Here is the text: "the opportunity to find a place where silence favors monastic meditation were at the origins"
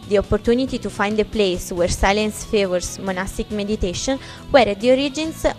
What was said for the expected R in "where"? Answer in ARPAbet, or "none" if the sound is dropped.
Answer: R